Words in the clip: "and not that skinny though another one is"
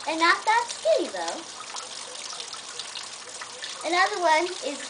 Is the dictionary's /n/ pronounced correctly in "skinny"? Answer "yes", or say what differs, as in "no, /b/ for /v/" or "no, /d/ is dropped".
no, /n/ is dropped